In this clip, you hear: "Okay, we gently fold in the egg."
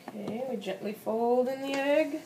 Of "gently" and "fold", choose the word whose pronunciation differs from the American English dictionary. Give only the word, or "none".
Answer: none